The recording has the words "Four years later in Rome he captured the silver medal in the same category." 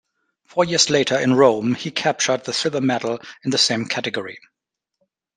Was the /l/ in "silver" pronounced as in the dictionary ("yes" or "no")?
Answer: no